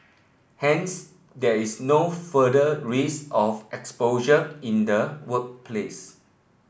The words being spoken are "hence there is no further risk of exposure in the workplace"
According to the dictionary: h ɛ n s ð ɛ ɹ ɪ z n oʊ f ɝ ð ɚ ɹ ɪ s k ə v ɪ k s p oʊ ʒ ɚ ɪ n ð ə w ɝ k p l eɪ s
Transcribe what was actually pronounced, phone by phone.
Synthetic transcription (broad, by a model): h ɛ n s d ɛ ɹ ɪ s n oʊ f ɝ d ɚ ɹ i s ə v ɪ k s p oʊ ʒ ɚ ɪ n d ə w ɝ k p l eɪ s